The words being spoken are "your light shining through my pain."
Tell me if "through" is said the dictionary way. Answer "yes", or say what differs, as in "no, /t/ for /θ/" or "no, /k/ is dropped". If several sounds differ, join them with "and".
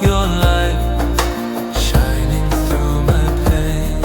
yes